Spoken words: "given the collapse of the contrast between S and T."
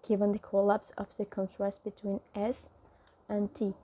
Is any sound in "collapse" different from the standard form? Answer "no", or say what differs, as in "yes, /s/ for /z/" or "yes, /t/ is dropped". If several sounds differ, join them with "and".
no